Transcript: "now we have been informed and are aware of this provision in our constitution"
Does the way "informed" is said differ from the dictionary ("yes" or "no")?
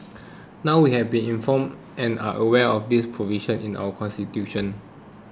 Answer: yes